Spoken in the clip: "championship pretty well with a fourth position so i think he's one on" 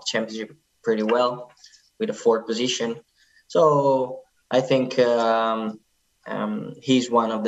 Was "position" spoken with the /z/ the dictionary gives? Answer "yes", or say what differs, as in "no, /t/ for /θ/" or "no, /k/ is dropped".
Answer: yes